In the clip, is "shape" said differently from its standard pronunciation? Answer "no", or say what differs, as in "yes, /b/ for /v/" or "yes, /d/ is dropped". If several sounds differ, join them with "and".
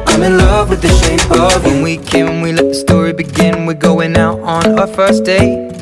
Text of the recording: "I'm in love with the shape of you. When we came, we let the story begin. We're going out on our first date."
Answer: yes, /p/ is dropped